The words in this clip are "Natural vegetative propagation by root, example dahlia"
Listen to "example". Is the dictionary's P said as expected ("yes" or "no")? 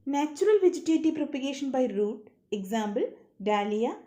no